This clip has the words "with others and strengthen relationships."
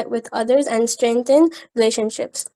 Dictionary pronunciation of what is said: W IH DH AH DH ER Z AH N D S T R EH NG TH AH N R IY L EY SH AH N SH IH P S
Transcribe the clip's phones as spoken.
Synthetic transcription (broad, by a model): W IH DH AH DH ER Z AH N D S T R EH NG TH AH N R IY L EY SH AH N SH IH P S